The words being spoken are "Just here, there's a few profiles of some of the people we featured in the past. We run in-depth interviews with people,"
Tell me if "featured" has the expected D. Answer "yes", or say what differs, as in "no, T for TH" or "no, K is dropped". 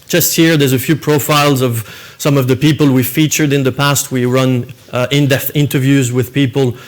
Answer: yes